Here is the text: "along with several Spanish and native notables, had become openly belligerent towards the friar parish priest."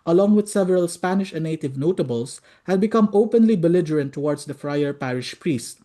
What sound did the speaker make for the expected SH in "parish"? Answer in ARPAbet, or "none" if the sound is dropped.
SH